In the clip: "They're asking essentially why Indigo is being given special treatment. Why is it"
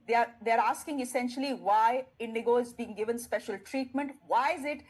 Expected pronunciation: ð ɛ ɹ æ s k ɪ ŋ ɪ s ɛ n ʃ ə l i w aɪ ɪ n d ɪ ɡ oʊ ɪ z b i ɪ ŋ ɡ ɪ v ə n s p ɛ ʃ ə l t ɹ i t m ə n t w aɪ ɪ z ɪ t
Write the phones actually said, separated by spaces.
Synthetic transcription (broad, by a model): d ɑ ɹ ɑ s k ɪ ŋ ɪ s ɛ n ʃ ə l i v aɪ ɪ n d ɪ ɡ oʊ ɪ z b i ɪ ŋ ɡ ɪ v ə n s p ɛ ʃ ə l t ɹ i t m ə n t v aɪ ɪ z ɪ t